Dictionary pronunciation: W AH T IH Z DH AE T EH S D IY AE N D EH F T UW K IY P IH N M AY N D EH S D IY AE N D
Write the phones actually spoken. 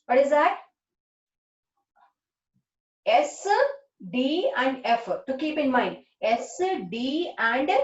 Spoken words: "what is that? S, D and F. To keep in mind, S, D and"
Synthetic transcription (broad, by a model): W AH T IH Z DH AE T EH S D IY AE N D EH F T UW K IY P IH N M AY N D EH S D IY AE N D